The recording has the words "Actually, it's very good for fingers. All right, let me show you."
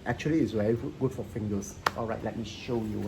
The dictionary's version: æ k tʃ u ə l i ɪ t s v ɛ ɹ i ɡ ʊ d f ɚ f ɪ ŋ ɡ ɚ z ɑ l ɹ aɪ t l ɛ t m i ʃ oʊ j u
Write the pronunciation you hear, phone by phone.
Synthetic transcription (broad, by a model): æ k tʃ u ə l i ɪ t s w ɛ i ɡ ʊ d f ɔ f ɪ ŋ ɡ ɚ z ɑ l ɹ aɪ t l ɛ t m i ʃ oʊ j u